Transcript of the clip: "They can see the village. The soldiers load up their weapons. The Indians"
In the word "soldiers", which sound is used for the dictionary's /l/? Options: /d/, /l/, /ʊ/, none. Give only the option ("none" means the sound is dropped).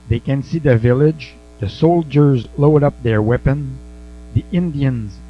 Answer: /l/